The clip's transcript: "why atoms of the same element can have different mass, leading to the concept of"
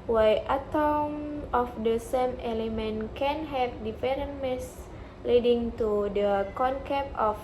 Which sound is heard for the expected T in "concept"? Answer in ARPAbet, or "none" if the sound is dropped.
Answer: none